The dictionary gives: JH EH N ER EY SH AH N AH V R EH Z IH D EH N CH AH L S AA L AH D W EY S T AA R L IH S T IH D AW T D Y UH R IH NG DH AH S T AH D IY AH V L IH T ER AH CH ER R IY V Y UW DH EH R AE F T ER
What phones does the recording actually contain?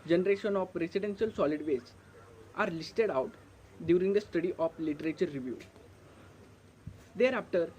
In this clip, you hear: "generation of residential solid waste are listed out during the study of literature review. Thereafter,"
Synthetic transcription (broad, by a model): JH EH N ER EY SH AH N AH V R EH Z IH D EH N SH AH L S AA L AH D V EY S T AA R L IH S T IH D AW T D Y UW R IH NG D AH S T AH D IY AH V L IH T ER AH CH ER R IY V Y UW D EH R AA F T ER